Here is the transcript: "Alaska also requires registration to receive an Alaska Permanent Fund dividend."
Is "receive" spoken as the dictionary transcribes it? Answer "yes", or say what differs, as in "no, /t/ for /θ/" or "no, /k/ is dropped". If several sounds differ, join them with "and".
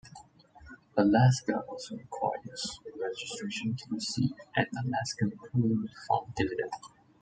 no, /v/ is dropped